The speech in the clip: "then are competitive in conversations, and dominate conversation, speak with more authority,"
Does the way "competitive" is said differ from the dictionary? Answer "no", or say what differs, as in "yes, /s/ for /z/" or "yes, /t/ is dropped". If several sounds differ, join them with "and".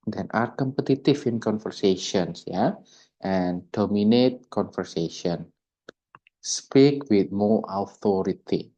yes, /f/ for /v/